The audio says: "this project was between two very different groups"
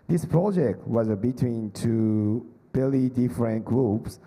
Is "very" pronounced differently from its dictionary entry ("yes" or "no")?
yes